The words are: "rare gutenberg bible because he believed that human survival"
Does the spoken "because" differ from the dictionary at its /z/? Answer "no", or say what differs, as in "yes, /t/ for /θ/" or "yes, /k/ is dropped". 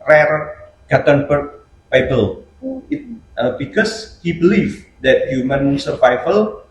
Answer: yes, /s/ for /z/